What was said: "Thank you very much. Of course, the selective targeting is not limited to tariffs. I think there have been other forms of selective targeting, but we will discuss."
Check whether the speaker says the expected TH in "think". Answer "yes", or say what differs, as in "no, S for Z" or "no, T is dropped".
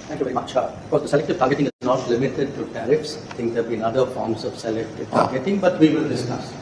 no, T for TH